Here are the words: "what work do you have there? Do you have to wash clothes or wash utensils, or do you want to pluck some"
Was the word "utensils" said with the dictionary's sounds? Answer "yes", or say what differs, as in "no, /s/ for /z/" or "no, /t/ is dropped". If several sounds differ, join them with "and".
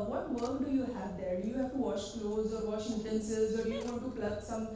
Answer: no, /l/ is dropped